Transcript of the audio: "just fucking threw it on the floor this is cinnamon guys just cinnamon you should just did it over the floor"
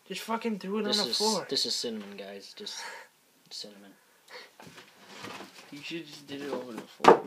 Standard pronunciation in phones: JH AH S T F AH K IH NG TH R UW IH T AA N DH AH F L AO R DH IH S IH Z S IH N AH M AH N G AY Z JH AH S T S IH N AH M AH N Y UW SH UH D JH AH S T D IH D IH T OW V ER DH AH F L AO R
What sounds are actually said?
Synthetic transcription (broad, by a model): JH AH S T F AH K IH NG TH R UW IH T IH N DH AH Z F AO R DH IH S IH Z S IH N AH M AH N G AY Z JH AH S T S IH N AH M AH N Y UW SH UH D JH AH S D IH D IH T OW V ER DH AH F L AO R